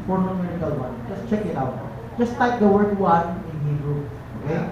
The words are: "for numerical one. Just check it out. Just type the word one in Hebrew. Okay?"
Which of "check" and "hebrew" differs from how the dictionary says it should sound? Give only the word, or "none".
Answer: hebrew